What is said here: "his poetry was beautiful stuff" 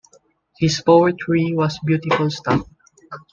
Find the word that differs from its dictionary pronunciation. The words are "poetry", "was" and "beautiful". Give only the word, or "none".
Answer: was